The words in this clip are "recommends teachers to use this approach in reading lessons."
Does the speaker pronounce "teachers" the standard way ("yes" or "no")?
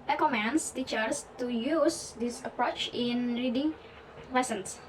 no